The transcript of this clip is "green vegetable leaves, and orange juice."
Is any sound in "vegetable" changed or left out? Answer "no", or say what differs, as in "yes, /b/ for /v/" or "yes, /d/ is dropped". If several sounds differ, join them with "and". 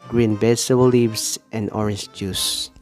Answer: yes, /b/ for /v/